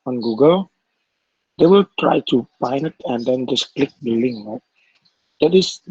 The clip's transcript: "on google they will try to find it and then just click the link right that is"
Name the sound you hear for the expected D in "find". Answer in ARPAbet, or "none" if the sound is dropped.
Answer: none